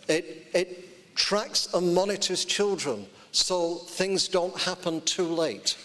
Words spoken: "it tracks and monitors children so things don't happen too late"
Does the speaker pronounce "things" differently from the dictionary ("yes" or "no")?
no